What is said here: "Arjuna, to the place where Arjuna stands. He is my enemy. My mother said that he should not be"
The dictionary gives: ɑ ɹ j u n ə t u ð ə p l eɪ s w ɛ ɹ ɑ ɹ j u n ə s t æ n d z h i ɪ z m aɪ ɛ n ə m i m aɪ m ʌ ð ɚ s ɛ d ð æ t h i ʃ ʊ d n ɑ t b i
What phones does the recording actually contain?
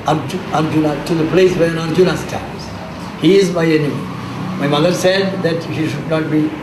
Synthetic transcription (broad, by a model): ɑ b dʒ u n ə t u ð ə p l eɪ s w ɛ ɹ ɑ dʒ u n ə s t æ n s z h i ɪ z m aɪ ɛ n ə m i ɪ m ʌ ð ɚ s ɛ d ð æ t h i ʃ ʊ d n ɑ t b i